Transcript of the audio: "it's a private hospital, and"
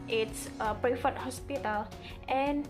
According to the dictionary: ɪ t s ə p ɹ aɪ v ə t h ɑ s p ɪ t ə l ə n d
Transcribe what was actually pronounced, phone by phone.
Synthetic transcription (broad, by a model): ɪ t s ə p ɹ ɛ f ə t h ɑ s p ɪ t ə l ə n